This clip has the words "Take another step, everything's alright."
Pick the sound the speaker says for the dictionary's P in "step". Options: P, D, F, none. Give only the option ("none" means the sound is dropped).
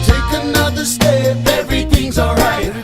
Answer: F